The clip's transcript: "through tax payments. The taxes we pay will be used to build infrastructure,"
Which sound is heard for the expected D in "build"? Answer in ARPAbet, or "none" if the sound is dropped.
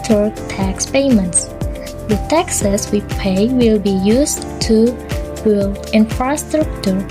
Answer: none